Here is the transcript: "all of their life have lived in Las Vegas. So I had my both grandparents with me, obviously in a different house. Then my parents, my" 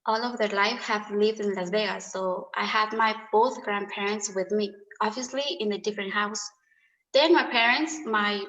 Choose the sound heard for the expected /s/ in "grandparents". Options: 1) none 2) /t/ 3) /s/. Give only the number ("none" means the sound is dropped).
3